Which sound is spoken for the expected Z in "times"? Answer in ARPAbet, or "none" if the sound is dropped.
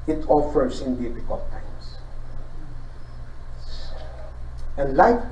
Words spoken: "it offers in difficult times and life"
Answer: S